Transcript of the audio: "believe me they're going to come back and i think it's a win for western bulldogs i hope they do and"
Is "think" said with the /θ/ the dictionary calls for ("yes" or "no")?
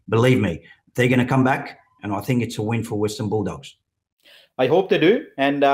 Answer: yes